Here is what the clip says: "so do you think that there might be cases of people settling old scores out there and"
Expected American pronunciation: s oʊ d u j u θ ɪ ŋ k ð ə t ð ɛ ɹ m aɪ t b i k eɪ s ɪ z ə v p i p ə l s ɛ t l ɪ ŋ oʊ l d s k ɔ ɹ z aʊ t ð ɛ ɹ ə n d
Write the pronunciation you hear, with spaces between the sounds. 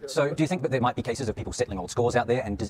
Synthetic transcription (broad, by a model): s oʊ d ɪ j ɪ θ ɪ ŋ k ð ə t ð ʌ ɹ m aɪ t b i k eɪ s ɪ z ə v p i p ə l s ɛ t l ɪ ŋ oʊ l d s k ɔ ɹ z aʊ t ð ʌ ɹ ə n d